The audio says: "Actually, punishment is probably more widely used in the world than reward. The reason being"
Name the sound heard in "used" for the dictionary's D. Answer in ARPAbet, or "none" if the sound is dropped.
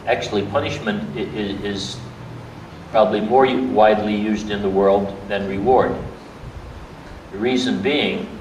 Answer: D